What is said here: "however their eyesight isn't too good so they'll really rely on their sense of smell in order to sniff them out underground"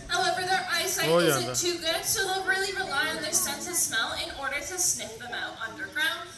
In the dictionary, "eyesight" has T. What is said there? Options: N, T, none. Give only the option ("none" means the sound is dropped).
none